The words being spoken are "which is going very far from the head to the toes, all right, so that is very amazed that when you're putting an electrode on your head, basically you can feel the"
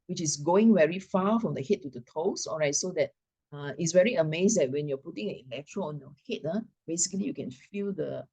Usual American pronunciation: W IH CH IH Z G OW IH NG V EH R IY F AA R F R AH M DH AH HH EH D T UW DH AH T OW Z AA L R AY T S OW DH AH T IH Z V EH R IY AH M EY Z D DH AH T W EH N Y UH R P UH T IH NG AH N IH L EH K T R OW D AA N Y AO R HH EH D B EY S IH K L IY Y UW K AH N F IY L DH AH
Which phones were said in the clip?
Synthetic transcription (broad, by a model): W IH CH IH S G OW IH NG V EH R IY F AA F R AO M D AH HH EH T UW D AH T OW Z AA L R AY T S OW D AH T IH S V EH R IY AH M EY S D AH T W EH N Y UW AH P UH T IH NG AH N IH L EH K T R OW AA N Y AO HH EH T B EY S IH K L IY Y UW K AH N F IY L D AH